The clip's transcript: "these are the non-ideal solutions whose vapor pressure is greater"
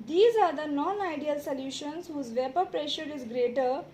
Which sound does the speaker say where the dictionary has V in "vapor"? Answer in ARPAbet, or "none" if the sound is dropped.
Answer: V